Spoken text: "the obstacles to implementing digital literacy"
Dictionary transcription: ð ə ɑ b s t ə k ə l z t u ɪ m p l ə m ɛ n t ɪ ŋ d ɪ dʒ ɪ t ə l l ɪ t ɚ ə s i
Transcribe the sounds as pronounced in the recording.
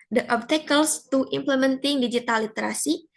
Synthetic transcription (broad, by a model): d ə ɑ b t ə k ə l s t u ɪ m p l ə m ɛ n t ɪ ŋ d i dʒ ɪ t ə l l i t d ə s i